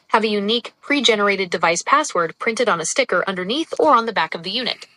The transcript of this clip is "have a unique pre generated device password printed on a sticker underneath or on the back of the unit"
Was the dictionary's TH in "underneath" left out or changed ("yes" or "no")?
no